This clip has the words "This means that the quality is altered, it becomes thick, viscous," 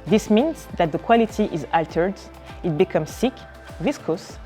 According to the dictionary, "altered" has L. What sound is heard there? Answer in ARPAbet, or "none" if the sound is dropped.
L